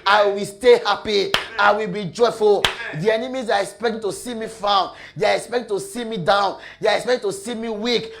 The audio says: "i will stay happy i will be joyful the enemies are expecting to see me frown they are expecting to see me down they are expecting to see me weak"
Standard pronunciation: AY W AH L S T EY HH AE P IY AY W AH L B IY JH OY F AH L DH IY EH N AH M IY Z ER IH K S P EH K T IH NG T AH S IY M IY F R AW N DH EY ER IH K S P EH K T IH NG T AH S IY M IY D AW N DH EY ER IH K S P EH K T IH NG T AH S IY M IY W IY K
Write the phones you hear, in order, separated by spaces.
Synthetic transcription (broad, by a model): AY W AH L S T EY HH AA P IY AY W AH L B IY JH OY F AH L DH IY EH N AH M IY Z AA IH K S P EH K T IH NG T AH S IY M IY F AW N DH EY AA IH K S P EH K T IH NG T AH S IY M IY D AW N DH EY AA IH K S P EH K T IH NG T AH S IY M IY W IY K